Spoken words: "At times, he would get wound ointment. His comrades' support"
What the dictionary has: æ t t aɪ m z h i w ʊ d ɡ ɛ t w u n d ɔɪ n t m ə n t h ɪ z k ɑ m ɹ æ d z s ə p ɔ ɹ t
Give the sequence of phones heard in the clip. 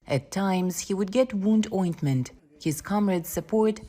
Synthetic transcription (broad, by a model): t t aɪ m z h i w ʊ d ɡ ɛ t w u n d ɔɪ n t m ə n t h ɪ z k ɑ m ɹ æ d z s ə p ɔ ɹ t